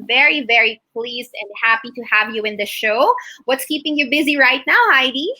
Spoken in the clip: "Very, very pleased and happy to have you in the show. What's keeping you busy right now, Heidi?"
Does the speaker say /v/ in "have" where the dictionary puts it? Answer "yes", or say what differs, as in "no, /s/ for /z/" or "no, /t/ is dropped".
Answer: yes